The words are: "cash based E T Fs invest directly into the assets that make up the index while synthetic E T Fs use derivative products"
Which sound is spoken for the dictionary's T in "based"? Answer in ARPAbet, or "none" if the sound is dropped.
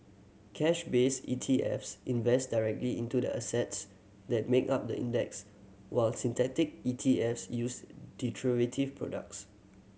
none